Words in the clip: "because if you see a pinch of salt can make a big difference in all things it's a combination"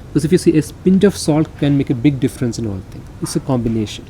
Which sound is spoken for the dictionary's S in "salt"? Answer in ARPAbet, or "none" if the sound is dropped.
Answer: S